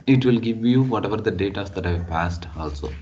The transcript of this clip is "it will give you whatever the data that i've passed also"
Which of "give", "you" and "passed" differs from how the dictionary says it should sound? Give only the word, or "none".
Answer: none